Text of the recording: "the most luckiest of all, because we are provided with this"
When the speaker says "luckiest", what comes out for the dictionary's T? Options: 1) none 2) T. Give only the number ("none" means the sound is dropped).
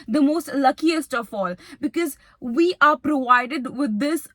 2